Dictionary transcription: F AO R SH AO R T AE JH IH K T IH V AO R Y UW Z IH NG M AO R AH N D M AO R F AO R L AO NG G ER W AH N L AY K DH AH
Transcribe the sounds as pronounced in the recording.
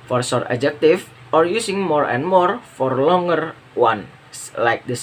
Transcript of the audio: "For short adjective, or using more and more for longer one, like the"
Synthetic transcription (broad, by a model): F AO R S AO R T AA JH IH K T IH F AO R Y UW S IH NG M AO R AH N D M AO R F AO R L AO NG G ER W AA N L AY K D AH